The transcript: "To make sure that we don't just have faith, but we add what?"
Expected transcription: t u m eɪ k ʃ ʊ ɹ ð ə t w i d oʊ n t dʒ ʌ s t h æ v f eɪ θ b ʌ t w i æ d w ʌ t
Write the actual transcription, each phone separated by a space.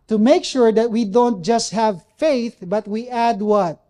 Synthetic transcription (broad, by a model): t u m eɪ k ʃ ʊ ɹ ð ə t w i d oʊ n t dʒ ʌ s t h æ v f eɪ θ b ʌ t w i æ d w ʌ t